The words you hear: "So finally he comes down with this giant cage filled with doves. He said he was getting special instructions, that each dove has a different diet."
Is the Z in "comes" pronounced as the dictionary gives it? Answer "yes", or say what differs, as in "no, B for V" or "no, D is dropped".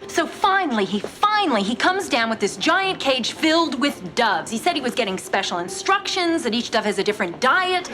yes